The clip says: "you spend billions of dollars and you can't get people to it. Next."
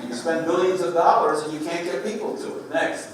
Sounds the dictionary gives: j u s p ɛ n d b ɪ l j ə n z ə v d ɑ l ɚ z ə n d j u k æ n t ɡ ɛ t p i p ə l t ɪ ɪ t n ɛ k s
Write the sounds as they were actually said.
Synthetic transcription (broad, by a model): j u s p ɛ n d b ɪ l j ə n z ə v d ɑ l ɚ z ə n j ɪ k æ n ɡ ɛ t p i p l t ɪ ɪ t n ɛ k s